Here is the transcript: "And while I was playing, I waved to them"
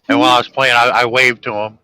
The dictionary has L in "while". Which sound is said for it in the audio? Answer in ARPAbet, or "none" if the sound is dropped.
N